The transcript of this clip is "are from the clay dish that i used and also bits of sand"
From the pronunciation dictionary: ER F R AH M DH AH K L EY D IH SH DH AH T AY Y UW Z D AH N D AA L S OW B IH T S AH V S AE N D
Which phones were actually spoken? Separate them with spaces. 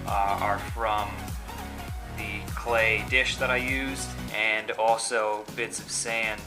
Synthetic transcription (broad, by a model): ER F R AH M DH AH K L EY D IH SH DH AH T AY Y UW Z D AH N AA L S OW B IH T S AH V S AE N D